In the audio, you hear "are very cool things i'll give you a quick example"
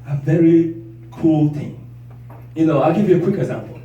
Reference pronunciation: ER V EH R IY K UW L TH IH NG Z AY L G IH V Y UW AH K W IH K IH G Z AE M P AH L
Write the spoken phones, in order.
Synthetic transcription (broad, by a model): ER V EH R IY K UW L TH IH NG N AY L G IH V Y UW AH K W IH K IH G Z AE M P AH L